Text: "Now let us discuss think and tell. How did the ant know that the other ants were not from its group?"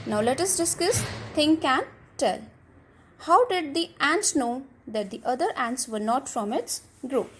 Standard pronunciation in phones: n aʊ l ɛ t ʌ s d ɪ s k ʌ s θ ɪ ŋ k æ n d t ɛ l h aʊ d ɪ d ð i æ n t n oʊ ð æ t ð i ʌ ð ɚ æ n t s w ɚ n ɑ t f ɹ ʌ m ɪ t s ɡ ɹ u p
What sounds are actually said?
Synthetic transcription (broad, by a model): n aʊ l ɛ t ʌ s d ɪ s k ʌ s t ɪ ŋ k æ n t ɛ l h aʊ d ɪ d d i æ n t n oʊ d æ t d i ʌ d ɚ æ n t s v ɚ n ɑ t f ɹ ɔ m ɪ t s ɡ ɹ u p